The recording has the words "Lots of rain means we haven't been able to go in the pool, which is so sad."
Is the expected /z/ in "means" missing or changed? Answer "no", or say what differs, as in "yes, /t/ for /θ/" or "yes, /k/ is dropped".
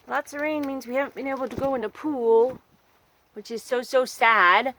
no